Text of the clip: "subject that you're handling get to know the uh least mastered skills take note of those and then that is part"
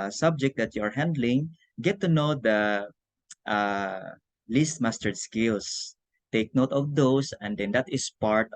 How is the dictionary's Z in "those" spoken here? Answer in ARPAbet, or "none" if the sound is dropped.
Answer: S